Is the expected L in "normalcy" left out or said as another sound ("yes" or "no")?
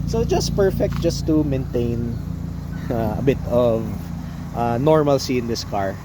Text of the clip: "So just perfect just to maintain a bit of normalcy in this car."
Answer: no